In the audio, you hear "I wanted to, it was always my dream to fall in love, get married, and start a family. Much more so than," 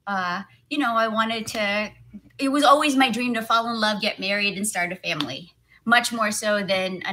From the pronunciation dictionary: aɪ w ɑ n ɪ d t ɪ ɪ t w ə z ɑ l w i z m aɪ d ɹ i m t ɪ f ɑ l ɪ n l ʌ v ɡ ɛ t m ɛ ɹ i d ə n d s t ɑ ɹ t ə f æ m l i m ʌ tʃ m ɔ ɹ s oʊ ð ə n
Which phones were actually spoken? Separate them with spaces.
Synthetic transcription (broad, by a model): aɪ w ɑ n ɪ d t ɪ ɪ t w ə z ɑ l w i z m aɪ d ɹ i m t ɪ f ɑ l ɪ n l ʌ v ɡ ɛ t m ɛ ɹ i d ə n s t ɑ ɹ t ə f æ m l i m ʌ tʃ m ɔ ɹ s oʊ ð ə n